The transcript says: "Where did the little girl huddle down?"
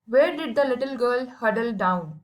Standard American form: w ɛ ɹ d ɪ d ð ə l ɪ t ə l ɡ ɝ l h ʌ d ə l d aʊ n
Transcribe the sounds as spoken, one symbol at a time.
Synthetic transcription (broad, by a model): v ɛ ɹ d ɪ d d ə l ɪ t ə l ɡ ɝ l h ʌ d ə l d aʊ n